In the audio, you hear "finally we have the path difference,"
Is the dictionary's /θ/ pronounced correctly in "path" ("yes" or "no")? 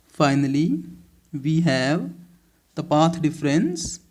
no